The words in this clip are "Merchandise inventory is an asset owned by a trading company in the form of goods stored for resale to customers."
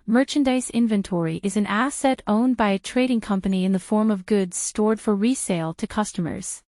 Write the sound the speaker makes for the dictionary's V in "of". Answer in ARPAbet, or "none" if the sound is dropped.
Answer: V